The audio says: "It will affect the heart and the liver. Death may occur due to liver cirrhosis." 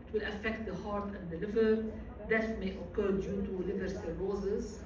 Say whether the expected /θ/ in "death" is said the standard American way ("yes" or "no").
no